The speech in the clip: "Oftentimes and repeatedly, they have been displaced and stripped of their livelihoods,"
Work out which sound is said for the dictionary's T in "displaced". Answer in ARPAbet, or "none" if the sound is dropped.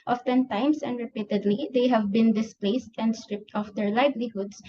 T